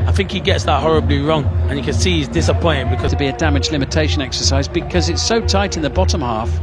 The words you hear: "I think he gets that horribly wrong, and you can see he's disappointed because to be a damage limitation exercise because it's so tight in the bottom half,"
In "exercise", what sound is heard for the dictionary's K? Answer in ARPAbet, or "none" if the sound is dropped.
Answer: K